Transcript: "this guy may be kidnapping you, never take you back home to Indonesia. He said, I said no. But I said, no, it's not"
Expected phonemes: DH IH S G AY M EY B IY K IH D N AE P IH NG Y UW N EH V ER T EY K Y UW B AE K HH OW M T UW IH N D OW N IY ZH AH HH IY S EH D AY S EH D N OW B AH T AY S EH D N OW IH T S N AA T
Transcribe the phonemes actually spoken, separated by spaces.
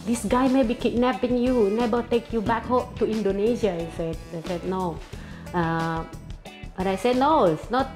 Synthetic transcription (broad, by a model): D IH S G AY M EY B IY K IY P N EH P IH NG Y UW N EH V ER T EY K Y UW B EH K HH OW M T UW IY N D OW N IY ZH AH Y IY S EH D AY S EH D N OW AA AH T AY S EH D N OW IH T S N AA T